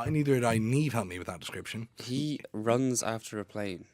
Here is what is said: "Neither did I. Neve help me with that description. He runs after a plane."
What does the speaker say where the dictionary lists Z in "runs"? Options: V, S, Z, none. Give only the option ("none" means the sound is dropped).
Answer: Z